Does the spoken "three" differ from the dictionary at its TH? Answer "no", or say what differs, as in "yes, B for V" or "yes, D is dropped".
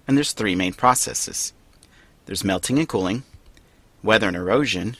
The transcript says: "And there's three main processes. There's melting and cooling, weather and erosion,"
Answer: no